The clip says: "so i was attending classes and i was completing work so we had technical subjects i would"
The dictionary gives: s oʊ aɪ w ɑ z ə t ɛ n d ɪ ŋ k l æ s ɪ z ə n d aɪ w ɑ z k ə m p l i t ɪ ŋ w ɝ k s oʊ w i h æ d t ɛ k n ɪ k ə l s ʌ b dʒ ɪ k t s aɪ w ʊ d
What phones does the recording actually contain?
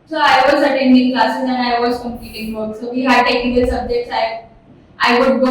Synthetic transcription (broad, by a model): s oʊ aɪ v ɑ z ə t ɛ n d ɪ ŋ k l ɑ s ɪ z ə n aɪ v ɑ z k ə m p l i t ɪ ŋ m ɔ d s oʊ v i h æ d t ɛ k ɪ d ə s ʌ b dʒ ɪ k t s aɪ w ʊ d